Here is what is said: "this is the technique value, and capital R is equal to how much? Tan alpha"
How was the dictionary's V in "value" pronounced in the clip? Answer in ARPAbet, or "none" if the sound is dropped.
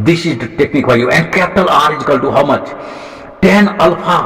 F